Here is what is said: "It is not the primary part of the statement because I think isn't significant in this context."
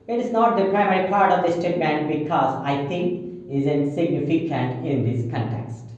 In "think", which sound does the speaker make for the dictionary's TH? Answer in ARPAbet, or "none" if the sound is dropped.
T